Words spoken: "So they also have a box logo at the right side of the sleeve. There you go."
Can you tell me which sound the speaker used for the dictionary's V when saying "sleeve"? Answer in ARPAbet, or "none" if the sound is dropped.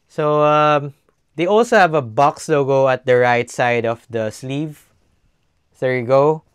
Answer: V